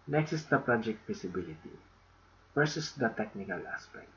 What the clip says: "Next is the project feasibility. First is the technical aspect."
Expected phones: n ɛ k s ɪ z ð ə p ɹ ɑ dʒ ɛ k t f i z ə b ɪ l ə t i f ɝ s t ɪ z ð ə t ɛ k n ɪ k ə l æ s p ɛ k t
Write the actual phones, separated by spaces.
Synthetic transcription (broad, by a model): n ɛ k s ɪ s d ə p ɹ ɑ dʒ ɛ k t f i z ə b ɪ l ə t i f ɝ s ɪ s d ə t ɛ k n ɪ k ə l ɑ s p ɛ k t